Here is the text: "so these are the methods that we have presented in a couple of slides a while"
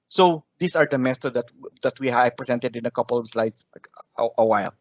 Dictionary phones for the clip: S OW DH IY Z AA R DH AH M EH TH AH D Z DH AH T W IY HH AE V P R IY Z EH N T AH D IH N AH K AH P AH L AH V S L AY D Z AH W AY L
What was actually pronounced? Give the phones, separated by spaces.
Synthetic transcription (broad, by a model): S OW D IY S AA R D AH M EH S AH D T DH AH T W IY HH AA P R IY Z EH N T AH D IH N AH K AH P AH L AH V S L AY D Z AH W AY L